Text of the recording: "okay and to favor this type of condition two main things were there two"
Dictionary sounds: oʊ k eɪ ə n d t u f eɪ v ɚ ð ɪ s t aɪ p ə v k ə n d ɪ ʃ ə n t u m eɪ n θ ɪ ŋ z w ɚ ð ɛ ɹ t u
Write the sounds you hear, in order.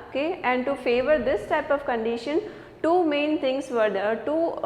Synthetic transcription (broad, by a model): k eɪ ə n d t u f eɪ v ɚ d ɪ s t aɪ p ə v k ə n d ɪ ʃ ə n t u m eɪ n t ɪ ŋ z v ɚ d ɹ t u